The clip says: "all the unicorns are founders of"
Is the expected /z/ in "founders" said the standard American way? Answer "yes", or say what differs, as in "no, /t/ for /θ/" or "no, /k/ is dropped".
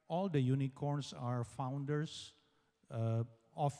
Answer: no, /s/ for /z/